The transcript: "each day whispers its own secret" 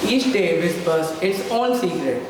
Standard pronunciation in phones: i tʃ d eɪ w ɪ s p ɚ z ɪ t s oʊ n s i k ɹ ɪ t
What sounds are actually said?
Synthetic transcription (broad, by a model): i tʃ d eɪ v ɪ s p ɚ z ɪ t s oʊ l s i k ɹ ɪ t